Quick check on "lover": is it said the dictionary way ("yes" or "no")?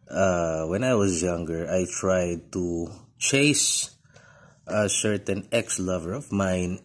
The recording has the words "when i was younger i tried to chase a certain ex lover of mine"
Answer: yes